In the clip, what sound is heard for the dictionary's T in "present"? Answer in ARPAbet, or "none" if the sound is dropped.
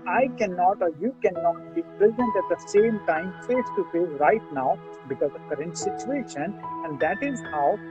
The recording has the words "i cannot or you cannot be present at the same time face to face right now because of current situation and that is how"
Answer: T